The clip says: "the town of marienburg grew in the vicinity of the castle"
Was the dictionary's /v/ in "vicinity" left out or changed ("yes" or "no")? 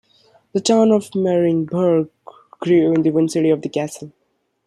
yes